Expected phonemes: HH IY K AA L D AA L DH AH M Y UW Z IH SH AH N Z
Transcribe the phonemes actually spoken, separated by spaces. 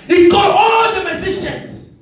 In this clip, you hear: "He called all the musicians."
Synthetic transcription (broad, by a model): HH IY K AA D AA L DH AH M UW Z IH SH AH N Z